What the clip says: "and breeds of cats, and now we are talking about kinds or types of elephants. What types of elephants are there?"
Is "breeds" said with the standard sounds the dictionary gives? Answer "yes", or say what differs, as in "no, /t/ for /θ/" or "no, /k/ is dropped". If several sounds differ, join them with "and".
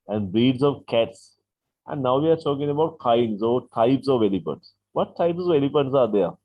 no, /ɹ/ is dropped